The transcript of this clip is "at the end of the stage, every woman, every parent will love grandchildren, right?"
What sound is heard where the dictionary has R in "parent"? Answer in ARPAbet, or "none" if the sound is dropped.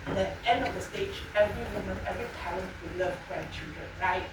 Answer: L